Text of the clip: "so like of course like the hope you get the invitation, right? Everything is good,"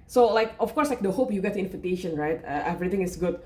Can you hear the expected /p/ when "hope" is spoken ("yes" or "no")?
yes